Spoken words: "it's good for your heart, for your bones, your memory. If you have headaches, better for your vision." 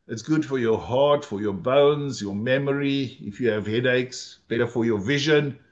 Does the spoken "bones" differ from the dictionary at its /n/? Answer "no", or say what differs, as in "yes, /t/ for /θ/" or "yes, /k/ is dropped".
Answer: no